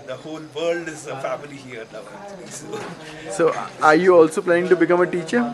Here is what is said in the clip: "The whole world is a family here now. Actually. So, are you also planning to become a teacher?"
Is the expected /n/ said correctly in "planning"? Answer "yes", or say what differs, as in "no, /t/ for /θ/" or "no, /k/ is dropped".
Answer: no, /n/ is dropped